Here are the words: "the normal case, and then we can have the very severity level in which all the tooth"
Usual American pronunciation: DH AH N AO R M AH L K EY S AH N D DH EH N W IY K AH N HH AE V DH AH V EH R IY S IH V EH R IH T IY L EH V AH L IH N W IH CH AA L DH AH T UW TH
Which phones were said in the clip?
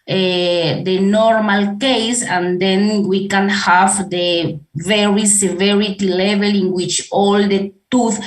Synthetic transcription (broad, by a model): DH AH N AO R M AH L K EY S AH N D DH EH N W IY K AH N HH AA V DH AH V EH R IY S IH V EH R IH T IY L EH V AH L IH N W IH CH AA L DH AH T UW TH